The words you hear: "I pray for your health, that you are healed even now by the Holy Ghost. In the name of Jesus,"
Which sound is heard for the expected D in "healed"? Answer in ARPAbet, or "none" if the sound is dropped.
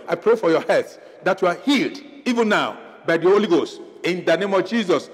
D